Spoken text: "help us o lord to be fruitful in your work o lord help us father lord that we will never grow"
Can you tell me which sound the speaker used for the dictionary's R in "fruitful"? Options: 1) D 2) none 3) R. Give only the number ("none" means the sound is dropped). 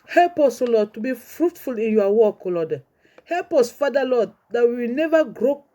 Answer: 3